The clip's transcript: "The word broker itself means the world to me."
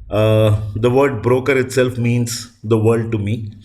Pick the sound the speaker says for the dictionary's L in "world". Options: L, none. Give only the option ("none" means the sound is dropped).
none